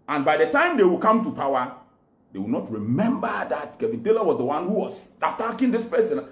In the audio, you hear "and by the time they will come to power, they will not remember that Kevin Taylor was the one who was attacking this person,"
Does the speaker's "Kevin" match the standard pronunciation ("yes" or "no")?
yes